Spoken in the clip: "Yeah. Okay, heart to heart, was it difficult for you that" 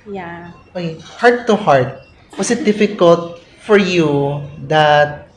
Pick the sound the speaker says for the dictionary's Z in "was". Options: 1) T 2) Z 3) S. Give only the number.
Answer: 3